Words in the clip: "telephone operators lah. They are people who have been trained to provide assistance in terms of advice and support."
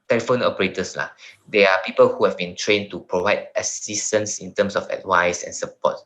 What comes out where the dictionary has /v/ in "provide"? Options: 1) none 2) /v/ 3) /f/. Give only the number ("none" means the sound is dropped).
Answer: 2